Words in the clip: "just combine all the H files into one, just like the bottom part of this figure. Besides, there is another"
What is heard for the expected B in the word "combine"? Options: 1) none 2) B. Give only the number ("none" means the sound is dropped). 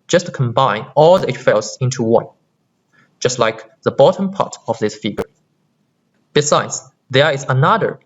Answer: 2